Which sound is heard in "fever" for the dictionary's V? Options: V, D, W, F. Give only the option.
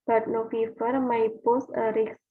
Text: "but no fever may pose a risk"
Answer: F